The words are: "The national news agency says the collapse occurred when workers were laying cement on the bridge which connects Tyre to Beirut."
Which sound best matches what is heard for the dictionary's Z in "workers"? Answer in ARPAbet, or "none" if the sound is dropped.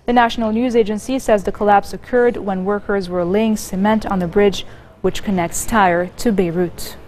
Z